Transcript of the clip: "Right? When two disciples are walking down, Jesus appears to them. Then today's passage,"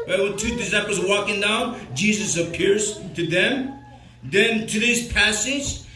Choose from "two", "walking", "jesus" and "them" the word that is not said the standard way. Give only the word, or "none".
none